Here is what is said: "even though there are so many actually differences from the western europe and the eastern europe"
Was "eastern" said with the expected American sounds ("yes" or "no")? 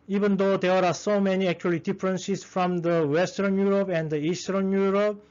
yes